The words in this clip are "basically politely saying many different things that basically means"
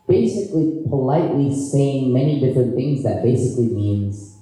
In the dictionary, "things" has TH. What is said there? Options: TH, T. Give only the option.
TH